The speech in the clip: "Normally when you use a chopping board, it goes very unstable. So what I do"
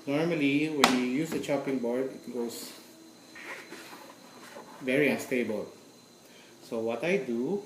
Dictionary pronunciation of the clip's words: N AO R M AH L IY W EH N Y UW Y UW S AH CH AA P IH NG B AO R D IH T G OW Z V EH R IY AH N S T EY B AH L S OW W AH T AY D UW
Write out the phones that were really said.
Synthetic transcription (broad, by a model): N AO R M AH L IY W EH N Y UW Y UW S AH CH AA P IH NG B AO R D IH T G OW S V EH R IY AH N S T EY B AH L S OW W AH T AY D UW